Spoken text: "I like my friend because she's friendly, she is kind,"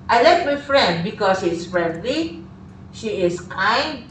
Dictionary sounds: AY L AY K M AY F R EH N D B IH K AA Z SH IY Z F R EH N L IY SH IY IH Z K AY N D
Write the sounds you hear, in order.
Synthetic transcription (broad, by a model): AY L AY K M AY F R EH N D B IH K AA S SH IY S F R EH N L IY SH IY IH S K AY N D